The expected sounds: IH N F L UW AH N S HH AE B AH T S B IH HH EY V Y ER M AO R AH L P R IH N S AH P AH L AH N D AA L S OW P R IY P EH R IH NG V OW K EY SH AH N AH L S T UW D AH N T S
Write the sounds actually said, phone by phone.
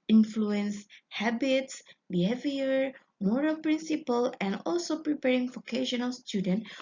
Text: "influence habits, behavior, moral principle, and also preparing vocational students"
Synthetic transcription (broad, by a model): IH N F L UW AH N S HH AE B AH T S B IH HH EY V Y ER M AO R AH L P R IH N S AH P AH L AH N D AA L S OW P R IY P EH R IH NG F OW K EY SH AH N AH L S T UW D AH N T